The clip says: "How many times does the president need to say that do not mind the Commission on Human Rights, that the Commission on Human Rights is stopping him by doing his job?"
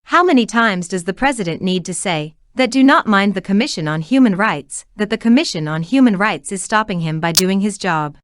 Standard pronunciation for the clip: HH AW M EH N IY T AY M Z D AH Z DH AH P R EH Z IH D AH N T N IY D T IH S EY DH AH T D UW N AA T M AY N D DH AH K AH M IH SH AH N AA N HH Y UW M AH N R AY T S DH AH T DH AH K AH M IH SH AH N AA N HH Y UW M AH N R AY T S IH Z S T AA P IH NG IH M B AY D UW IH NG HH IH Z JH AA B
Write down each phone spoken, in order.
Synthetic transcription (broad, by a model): HH AW M EH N IY T AY M Z D AH Z DH AH P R EH Z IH D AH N N IY D T IH S EY DH AH T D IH N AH T M AY N DH AH K AH M IH SH AH N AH N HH Y UW M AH N R AY T S DH AH T DH AH K AH M IH SH AH N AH N HH Y UW M AH N R AY T S IH Z S T AA P IH NG IH M B AY D UW IH NG IH Z JH AA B